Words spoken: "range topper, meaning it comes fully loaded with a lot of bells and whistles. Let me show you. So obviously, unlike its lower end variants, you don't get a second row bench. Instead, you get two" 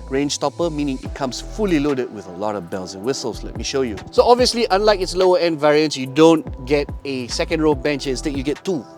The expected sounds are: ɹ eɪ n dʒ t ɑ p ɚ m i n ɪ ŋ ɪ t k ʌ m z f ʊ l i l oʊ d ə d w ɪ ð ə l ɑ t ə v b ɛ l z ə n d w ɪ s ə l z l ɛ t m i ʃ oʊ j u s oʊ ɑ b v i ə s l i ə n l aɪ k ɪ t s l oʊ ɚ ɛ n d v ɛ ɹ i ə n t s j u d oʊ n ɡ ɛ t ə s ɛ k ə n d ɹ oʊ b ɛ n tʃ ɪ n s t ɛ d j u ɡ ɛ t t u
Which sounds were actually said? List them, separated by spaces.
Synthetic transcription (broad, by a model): ɹ eɪ n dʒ t ɑ p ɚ m i n ɪ ŋ ɪ t k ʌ m s f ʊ l i l oʊ d ə d w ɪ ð ə l ɑ t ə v b ɛ l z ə n w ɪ s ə l s l ɛ t m i ʃ oʊ j u s oʊ ɑ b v i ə s l i ə n l aɪ k ɪ t s l oʊ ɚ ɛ n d v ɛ ɹ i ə n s j u d oʊ n ɡ ɛ t ə s ɛ k ə n d ɹ oʊ b ɛ n tʃ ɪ s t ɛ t j u ɡ ɛ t t u